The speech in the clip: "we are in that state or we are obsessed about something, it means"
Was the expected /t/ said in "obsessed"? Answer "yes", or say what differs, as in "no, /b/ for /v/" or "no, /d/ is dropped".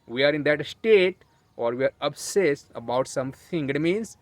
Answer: no, /t/ is dropped